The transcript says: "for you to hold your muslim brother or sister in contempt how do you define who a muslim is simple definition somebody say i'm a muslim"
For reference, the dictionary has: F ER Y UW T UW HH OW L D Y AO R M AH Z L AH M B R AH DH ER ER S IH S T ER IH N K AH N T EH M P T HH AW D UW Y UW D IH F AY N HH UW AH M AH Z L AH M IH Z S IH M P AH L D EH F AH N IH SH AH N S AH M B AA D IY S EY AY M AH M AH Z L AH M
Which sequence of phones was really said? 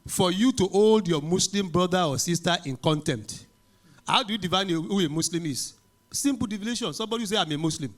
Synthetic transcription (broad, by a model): F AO Y UW T UW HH OW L D Y AO M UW S L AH M B R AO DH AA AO S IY S T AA IH N K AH N T EH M T HH AW D UW Y UW D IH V AY N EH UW AH M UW S L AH M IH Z S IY M P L D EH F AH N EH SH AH N S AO M B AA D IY S EY AY M AH M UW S L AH M